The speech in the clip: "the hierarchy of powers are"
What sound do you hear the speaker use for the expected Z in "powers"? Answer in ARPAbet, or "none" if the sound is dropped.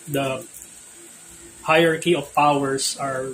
S